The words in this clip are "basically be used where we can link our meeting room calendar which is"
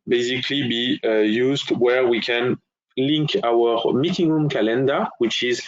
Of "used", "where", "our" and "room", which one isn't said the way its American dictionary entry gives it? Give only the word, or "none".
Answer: none